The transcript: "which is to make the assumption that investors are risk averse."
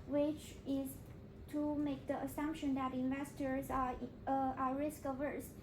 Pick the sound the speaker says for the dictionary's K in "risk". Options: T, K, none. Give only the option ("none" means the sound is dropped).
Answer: K